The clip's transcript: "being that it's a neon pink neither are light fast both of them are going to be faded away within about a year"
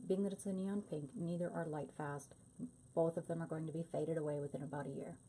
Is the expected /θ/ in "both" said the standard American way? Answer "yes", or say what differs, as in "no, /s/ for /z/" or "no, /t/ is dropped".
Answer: yes